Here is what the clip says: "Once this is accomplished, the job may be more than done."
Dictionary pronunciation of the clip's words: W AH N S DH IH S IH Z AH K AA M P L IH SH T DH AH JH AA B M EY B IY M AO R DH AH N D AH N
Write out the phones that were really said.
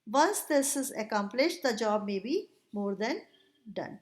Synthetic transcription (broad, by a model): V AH N S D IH S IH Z AH K AA M P L IH SH T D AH JH AA B M EY B IY M AO R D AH N D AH N